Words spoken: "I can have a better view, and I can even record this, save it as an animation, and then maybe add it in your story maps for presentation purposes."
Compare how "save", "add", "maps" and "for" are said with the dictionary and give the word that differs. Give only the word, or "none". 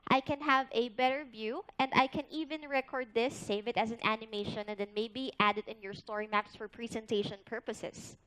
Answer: none